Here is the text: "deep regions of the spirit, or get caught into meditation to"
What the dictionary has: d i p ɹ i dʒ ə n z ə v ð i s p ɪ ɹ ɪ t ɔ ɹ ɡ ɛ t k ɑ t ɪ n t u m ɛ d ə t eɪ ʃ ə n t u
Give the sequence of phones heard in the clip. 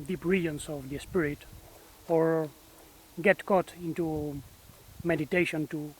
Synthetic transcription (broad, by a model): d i p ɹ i ə n s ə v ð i s p ɪ ɹ ɪ t ɔ ɹ ɡ ɛ t k ɑ t ɪ n t u m ɛ d ə t eɪ ʃ ə n t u